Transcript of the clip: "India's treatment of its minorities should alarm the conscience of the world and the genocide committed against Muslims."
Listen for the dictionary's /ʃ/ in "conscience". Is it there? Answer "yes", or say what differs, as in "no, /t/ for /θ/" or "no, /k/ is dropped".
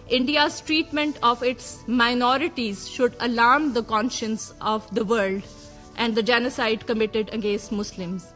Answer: yes